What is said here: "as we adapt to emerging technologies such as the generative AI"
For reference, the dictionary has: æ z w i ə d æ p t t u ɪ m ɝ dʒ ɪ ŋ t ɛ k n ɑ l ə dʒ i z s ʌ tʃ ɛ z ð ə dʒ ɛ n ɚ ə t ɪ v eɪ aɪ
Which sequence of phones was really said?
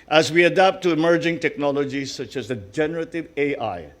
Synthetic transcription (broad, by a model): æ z w i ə d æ p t t u ɪ m ɝ dʒ ɪ ŋ t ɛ k n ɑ l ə dʒ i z s ʌ tʃ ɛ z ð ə dʒ ɛ n ɚ ə t ɪ v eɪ aɪ